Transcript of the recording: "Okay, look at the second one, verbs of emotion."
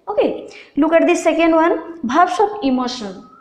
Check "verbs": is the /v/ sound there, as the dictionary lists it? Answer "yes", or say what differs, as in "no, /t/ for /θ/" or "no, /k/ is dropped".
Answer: no, /b/ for /v/